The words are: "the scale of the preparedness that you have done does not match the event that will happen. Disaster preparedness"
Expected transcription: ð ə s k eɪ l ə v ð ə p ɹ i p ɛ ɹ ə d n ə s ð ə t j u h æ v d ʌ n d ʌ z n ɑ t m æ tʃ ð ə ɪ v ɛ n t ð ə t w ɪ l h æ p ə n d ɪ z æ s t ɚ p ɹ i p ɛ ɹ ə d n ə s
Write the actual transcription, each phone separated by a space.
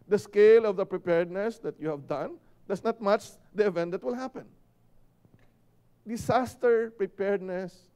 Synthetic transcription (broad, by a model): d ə s k eɪ l ə v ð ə p ɹ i p ɛ ɹ d n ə s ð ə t j u h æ v d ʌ n d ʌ s n ɑ t m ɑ tʃ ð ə ɪ v ɛ n t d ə t w ɪ l h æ p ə n d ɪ s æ s t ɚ p ɹ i p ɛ ɹ d n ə s